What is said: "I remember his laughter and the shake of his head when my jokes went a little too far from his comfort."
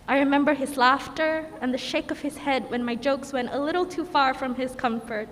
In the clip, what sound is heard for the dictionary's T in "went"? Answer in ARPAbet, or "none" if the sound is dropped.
T